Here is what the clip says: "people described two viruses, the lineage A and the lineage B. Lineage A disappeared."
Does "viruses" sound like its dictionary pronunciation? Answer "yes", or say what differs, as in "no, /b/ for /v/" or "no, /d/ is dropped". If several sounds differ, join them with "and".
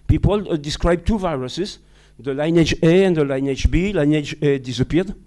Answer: yes